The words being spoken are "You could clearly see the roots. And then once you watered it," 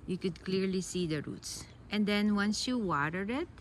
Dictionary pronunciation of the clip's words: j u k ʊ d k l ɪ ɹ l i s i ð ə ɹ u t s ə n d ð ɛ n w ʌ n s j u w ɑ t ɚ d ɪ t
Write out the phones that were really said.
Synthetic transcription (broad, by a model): j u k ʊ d k l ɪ ɹ l i s i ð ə ɹ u t s ə n d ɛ n w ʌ n s j u w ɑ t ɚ ɪ t